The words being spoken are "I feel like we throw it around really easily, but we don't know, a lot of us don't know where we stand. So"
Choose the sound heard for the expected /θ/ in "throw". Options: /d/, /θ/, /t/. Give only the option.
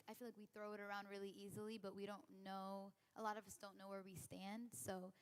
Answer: /θ/